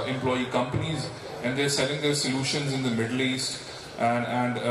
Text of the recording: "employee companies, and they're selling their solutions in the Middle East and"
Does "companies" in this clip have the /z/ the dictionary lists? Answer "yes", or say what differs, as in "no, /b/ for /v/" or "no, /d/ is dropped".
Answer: yes